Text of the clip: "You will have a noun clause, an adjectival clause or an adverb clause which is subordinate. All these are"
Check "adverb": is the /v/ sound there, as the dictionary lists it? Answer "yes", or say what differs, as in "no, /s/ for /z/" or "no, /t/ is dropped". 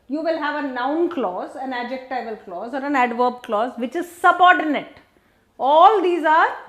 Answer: yes